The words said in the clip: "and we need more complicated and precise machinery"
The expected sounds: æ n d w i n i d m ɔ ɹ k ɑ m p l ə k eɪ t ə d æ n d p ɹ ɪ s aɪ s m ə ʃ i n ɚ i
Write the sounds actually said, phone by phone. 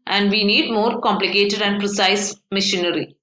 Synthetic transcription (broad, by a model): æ n d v i n i d m ɔ ɹ k ɑ m p l ə k eɪ t ə d æ n d p ɹ ɪ s aɪ s m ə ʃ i n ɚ i